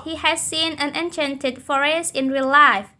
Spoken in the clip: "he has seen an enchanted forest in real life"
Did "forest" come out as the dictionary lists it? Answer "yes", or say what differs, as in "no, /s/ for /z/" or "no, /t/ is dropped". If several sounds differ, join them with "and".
no, /t/ is dropped